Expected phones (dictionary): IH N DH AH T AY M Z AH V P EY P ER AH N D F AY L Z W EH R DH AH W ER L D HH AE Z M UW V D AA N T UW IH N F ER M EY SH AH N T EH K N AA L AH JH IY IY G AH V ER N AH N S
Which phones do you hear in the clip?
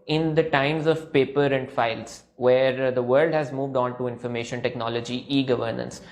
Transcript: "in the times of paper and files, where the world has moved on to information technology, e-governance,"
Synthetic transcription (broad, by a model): IH N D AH T AY M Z AH V P EY P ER AH N D F AY L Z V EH R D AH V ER L D HH AE Z M UW V D AA N T UW IH N F ER M EY SH AH N T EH K N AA L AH JH IY IY G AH V ER N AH N S